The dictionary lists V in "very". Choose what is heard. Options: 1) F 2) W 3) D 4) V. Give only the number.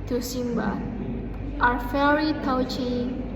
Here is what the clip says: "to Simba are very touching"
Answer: 1